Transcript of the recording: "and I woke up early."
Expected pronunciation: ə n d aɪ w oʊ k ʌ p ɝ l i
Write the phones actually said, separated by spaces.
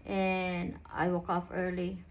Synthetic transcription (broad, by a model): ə n aɪ w oʊ k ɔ f ɝ l i